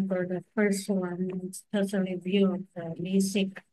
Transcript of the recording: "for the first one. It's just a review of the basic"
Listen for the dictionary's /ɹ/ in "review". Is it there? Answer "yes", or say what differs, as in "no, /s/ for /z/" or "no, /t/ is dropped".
no, /l/ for /ɹ/